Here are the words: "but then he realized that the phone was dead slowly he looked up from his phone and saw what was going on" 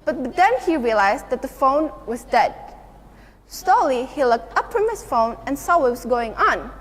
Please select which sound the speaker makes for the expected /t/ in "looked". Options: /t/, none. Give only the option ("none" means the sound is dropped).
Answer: /t/